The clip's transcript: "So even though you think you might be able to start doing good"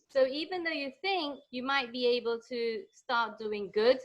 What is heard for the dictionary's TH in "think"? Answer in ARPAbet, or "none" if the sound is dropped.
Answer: TH